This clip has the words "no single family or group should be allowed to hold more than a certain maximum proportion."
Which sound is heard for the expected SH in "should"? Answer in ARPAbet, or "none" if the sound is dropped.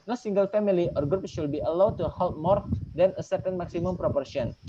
S